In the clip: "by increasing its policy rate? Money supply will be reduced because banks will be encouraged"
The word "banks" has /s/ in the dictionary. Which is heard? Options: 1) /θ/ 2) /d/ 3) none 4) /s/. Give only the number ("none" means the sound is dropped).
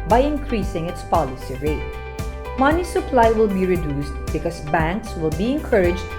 4